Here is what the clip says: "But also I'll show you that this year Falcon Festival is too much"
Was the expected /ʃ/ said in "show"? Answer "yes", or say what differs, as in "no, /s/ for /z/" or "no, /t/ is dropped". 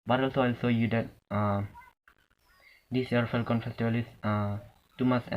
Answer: no, /s/ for /ʃ/